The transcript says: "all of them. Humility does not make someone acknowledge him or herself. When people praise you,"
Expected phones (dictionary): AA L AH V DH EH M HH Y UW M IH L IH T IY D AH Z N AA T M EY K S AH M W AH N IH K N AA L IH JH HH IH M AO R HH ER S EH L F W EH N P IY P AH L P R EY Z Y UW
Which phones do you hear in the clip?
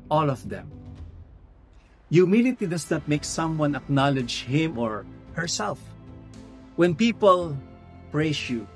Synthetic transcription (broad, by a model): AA L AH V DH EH M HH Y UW M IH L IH T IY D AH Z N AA T M EY K S AH M W AH N IH K N AA L IH JH HH IH M AO R HH ER S EH L F W EH N P IY P AH L P R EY S Y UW